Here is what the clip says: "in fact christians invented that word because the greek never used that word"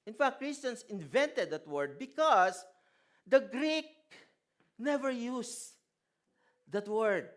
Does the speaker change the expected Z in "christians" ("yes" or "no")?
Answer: yes